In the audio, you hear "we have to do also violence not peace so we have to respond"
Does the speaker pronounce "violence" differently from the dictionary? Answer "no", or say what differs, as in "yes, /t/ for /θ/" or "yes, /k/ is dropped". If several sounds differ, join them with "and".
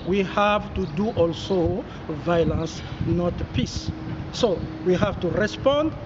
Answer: no